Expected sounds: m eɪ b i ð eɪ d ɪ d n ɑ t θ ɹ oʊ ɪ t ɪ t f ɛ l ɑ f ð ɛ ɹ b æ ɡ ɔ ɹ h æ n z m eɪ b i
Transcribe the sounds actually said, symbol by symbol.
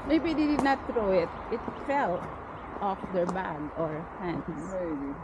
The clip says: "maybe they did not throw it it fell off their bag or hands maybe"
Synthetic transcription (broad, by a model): m eɪ b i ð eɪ d ɪ d n ɑ t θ ɹ oʊ ɪ t ɪ t f ɛ l ɑ f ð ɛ ɹ b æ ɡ ɔ ɹ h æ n m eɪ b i